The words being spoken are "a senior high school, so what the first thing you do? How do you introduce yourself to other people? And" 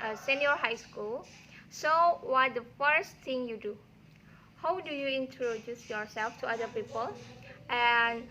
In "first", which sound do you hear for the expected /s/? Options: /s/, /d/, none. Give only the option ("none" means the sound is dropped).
/s/